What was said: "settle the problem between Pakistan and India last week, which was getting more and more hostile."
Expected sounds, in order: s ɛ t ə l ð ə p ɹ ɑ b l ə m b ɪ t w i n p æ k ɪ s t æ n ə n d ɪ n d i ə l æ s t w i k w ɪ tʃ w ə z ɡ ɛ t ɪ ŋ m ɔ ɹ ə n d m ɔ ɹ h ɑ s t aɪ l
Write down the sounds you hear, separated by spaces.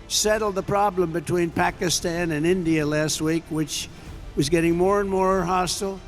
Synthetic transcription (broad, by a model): s ɛ t l ð ə p ɹ ɑ b l ə m b ɪ t w i n p æ k ɪ s t æ n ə n ɪ n d i ə l æ s t w i k w ɪ tʃ w ə z ɡ ɛ t ɪ ŋ m ɔ ɹ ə n m ɔ ɹ h ɑ s t l